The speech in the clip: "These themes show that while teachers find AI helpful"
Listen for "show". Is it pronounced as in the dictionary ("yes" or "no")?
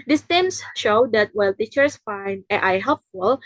yes